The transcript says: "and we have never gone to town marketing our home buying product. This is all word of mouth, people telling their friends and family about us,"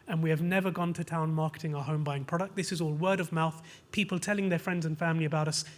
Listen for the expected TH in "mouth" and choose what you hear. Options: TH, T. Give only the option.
TH